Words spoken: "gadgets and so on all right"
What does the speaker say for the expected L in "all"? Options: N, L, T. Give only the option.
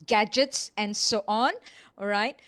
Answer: N